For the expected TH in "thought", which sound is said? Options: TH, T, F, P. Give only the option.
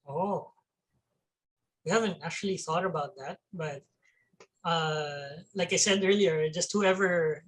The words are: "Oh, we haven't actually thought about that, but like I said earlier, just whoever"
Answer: TH